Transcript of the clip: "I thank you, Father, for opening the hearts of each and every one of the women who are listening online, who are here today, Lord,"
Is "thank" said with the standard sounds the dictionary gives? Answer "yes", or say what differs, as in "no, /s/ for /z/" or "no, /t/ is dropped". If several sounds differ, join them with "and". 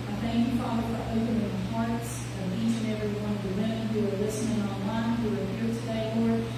yes